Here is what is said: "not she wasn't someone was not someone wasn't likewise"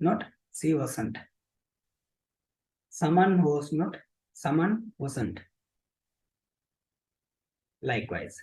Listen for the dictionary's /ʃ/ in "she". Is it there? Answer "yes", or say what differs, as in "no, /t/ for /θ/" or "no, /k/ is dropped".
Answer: no, /s/ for /ʃ/